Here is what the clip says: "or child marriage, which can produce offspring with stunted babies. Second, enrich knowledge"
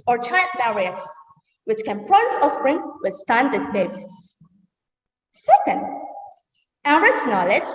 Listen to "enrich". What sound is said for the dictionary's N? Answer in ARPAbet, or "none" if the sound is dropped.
none